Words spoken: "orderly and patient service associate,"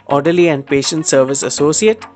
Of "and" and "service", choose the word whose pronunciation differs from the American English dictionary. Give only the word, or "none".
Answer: none